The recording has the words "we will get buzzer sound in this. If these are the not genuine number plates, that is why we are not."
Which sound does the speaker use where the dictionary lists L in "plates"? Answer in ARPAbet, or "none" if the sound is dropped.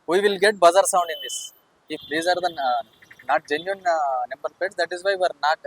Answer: none